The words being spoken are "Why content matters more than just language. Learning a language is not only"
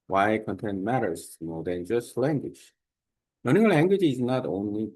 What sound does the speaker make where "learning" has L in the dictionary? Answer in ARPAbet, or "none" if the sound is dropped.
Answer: N